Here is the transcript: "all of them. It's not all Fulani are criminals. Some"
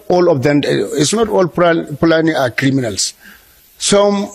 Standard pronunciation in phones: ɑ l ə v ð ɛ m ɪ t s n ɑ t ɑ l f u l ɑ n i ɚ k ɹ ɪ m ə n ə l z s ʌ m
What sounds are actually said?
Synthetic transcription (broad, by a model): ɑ l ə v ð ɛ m ɪ t s n ɑ t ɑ l p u l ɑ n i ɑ k ɹ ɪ m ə n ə l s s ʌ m